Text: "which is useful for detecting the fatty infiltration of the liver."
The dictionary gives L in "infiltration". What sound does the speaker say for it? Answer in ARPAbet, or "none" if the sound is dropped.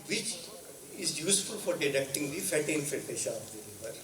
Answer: none